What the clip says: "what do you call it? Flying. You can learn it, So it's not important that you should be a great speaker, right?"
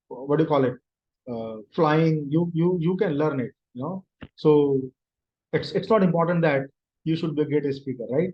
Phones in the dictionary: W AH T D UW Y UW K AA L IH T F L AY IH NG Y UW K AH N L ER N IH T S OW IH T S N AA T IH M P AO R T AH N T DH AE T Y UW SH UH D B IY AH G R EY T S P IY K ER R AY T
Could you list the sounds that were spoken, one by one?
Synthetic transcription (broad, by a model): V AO D UW Y UW K AA L IH T F L AY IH NG Y UW K AH N L ER N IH T S OW IH T S N AA T IH M P AO R T AH N T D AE T Y UW SH UH D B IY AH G EY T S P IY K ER R AY T